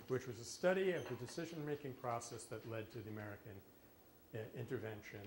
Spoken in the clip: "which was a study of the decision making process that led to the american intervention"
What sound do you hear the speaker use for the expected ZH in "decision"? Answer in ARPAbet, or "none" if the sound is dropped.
ZH